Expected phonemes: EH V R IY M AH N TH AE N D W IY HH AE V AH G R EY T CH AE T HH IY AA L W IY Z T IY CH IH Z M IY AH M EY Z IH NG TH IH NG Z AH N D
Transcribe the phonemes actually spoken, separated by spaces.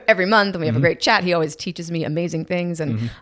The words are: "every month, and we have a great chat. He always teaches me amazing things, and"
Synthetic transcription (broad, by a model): EH V R IY M AH N TH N W IY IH V AH G R EY T CH AE T HH IY AA L W IY Z T IY CH IH Z M IY AH M EY Z IH NG TH IH NG Z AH N